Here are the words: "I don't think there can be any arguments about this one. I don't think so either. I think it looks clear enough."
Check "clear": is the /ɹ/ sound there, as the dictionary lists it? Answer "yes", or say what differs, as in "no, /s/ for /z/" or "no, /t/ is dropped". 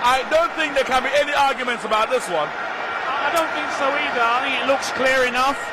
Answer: yes